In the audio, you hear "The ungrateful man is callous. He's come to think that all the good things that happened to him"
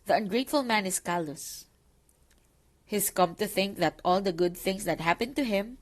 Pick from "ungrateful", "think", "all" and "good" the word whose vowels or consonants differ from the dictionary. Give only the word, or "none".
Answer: none